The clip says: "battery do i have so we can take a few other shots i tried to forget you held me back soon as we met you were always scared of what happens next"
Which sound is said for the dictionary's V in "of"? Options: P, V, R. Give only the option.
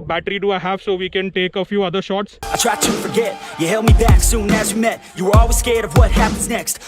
V